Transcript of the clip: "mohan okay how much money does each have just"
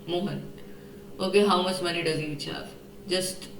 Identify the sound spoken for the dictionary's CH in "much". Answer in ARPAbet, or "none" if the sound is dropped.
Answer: S